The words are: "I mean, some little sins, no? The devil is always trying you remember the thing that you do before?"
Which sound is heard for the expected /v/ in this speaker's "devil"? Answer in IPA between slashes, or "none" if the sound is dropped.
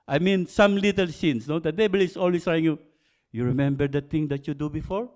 /b/